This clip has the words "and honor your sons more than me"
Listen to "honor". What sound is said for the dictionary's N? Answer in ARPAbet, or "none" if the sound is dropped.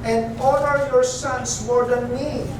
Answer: L